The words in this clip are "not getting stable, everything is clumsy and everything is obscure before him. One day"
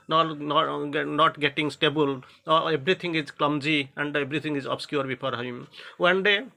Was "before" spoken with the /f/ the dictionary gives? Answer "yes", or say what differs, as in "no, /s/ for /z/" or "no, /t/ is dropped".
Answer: no, /p/ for /f/